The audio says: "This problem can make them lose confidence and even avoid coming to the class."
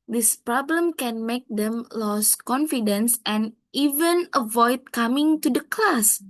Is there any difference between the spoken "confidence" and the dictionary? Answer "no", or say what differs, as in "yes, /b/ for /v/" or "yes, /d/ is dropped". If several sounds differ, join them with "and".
no